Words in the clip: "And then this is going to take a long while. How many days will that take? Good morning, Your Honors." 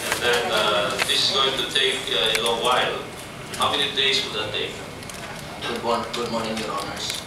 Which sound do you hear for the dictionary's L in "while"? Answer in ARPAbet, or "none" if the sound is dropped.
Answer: L